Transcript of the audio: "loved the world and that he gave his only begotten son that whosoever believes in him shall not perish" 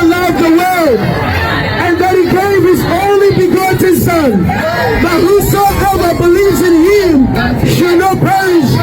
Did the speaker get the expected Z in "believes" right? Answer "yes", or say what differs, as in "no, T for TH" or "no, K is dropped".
yes